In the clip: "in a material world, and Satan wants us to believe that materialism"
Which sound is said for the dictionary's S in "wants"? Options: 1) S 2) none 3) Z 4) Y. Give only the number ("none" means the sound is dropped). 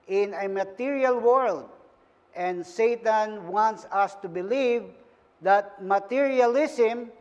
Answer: 1